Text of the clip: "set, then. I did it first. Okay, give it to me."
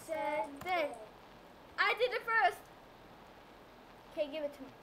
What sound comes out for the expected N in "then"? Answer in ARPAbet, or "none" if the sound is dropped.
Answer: none